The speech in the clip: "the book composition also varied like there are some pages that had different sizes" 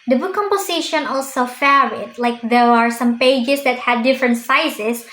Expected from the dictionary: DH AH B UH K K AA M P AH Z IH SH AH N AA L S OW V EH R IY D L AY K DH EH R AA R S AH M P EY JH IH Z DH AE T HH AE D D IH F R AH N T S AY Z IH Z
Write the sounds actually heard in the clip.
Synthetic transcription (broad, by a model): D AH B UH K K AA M P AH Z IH SH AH N AA L S OW F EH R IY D L AY K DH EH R AA R S AH M P EY JH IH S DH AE T HH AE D D IH F R AH N T S AY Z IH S